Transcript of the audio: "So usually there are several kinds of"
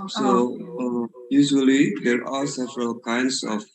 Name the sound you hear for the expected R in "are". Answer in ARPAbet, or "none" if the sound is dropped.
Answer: L